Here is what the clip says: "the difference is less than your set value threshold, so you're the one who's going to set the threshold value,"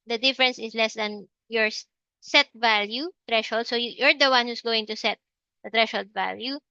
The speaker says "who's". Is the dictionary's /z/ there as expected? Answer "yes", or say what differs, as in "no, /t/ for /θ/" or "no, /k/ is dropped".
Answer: no, /s/ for /z/